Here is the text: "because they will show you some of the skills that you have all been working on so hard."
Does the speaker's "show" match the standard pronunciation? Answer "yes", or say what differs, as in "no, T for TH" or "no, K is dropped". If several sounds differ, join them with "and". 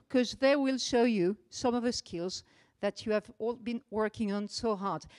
yes